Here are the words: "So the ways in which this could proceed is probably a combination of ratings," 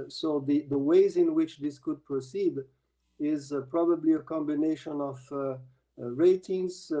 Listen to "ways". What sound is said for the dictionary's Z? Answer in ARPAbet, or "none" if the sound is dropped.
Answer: Z